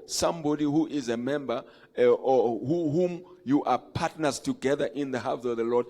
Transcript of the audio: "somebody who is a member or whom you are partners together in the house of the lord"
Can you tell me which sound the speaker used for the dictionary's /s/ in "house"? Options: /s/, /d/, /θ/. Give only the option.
/θ/